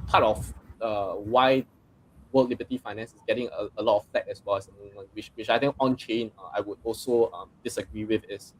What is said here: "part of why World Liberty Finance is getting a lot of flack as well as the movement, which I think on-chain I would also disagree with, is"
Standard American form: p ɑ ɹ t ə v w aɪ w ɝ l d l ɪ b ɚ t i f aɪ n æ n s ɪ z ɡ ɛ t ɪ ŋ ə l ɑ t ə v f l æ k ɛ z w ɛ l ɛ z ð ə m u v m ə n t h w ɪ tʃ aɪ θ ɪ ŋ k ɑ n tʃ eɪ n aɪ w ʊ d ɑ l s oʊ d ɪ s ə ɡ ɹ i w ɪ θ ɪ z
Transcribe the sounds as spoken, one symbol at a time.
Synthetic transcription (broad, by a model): p ɑ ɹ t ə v w aɪ w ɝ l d l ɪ b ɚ t i f aɪ n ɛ n s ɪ s ɡ ɛ t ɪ ŋ ə l ɑ t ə f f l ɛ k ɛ s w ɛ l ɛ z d ə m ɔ m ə n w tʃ w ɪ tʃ aɪ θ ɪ ŋ k ɑ n tʃ eɪ n aɪ w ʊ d ɑ l s oʊ d ɪ s ə ɡ ɹ i w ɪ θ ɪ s